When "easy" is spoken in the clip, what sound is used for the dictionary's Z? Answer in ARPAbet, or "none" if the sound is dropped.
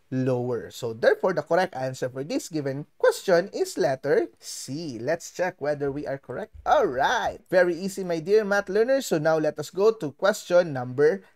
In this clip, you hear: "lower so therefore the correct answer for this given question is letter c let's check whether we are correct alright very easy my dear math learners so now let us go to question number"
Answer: S